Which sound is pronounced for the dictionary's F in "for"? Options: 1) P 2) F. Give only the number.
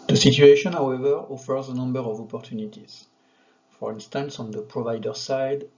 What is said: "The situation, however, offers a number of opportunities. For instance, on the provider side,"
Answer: 2